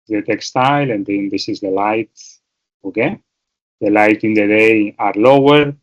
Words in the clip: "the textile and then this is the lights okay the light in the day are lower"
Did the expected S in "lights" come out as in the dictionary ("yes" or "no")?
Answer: no